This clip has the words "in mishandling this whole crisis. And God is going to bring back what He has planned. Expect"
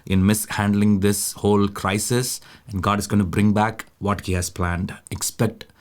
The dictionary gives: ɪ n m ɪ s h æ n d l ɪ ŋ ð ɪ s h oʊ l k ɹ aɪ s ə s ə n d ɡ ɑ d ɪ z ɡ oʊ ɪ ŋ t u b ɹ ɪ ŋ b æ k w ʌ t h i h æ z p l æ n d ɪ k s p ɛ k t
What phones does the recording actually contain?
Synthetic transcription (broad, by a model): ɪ n m ɪ s h æ n d l ɪ ŋ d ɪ s h oʊ l k ɹ aɪ s ə s ə n d ɡ ɑ d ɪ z ɡ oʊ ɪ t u b ɹ ɪ ŋ b æ k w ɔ t h i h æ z p l æ n d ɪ k s p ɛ k t